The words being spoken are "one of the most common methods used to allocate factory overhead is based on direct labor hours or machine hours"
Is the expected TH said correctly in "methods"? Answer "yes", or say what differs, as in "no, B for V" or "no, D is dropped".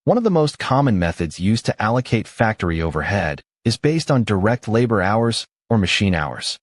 yes